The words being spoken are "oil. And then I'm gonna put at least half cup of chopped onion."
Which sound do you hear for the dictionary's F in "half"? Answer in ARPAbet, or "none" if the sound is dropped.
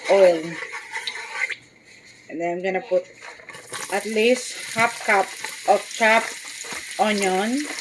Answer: P